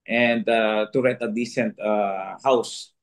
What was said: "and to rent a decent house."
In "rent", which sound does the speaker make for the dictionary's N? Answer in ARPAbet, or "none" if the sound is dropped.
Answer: none